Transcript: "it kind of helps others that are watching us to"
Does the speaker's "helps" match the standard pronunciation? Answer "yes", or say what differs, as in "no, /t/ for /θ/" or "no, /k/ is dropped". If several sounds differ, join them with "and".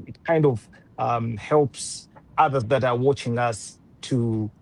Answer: yes